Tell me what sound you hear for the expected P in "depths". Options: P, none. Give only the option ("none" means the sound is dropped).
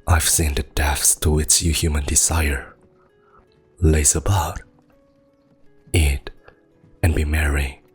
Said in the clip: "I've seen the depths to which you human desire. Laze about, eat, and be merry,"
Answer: none